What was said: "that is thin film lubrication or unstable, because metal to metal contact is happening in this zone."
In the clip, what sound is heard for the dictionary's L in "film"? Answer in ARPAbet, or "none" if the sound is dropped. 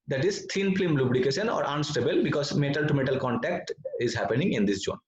none